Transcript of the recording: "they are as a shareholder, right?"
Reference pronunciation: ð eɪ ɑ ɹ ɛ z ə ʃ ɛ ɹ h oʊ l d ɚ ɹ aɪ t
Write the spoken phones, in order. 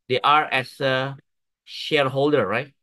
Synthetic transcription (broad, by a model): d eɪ ɑ ɹ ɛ s ə ʃ ɛ ɹ h oʊ l d ɚ ɹ aɪ t